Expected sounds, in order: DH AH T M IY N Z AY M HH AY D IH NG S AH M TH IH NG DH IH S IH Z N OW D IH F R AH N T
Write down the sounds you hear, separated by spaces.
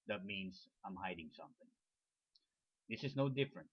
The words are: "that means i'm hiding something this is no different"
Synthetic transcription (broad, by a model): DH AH T M IY N S AY M HH AY D IH NG S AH M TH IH NG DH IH S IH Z N OW D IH F R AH N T